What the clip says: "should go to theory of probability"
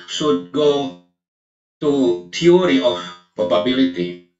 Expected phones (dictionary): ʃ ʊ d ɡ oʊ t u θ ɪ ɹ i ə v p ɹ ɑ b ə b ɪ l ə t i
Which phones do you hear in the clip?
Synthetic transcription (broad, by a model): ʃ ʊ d ɡ oʊ t u t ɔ ɹ i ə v p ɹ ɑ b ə b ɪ l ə t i